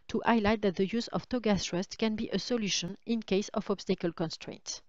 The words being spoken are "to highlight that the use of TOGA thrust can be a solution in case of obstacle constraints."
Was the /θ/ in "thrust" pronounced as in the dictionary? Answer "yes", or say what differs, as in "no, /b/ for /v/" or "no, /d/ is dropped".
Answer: no, /s/ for /θ/